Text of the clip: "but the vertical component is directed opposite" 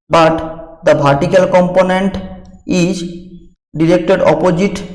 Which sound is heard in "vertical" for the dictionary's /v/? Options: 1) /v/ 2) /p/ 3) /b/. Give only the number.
3